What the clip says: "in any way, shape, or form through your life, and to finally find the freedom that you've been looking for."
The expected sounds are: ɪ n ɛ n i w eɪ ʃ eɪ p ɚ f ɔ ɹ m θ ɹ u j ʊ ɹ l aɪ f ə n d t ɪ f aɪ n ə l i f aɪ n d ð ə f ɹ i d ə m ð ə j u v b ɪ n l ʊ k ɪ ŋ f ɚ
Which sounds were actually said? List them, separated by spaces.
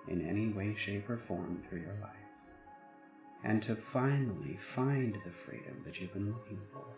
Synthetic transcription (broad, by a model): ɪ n ɛ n i w eɪ ʃ eɪ p ɚ f ɔ ɹ m θ ɹ u j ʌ ɹ l aɪ f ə n t ɪ f aɪ n l i f aɪ n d ð ə f ɹ i d ə m ð ə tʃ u v b ɪ n l ʊ k ɪ ŋ f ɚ